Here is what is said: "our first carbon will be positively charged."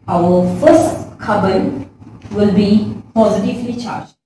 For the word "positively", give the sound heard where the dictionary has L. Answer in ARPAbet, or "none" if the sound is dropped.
L